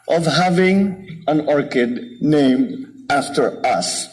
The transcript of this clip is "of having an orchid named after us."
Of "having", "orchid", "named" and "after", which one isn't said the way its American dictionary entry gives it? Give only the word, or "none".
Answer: none